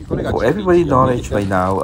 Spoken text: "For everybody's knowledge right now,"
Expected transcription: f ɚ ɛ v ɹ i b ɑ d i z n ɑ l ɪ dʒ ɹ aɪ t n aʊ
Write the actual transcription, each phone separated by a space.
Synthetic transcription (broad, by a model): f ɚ ɛ v ɹ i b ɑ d i n ɑ l ɪ dʒ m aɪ n aʊ